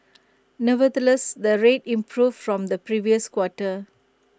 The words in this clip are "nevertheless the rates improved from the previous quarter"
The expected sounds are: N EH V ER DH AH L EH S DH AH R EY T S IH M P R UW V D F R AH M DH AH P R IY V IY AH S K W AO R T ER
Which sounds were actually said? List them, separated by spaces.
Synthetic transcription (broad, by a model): N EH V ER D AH L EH S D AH R EY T IH M P R UW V F R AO M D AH P R IY V IY AH S K W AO T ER